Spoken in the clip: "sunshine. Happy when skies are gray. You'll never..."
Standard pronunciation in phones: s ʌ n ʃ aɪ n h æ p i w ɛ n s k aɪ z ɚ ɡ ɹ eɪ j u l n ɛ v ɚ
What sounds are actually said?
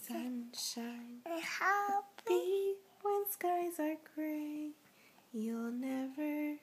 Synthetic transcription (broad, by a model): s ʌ n ʃ aɪ n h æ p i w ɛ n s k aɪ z ɚ ɡ ɹ eɪ j u l n ɛ v ɚ